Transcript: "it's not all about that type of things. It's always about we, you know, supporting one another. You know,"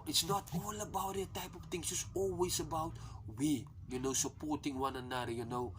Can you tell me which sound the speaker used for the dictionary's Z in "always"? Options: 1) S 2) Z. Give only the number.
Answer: 1